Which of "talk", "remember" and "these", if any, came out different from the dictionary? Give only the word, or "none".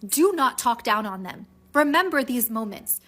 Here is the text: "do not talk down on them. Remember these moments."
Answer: none